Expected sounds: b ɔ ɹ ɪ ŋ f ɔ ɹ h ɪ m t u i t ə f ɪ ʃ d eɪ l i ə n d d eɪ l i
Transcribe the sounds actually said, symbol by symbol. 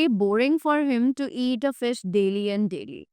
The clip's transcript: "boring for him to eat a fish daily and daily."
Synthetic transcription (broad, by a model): b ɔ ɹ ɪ ŋ f ɔ ɹ h ɪ m t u i t ə f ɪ s d eɪ l i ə n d d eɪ l i